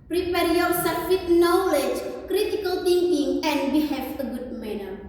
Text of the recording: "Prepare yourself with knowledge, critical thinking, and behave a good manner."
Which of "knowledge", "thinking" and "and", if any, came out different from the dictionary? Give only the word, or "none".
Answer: thinking